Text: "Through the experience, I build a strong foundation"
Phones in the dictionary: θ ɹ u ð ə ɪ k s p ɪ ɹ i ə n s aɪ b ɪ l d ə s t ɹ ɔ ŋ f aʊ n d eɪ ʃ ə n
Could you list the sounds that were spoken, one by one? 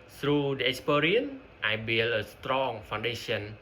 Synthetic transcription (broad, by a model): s ɹ u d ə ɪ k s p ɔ ɹ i ə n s aɪ b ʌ l ə s t ɹ ɔ ŋ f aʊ n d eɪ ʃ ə n